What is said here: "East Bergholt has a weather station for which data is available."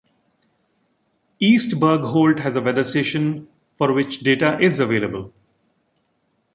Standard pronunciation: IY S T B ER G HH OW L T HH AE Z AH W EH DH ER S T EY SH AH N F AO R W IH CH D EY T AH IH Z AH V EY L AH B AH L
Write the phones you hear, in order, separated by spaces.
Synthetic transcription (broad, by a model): IY S T B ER G HH OW L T HH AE Z AH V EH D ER S T EY SH AH N F AO R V IH CH D EY T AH IH Z AH V EY L AH B AH L